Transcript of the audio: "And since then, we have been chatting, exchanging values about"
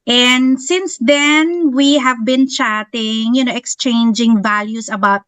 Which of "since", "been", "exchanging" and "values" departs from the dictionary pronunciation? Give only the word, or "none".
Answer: values